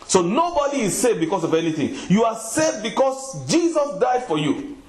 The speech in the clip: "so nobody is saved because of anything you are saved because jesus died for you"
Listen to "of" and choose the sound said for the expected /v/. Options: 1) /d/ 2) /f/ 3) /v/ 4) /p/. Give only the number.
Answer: 3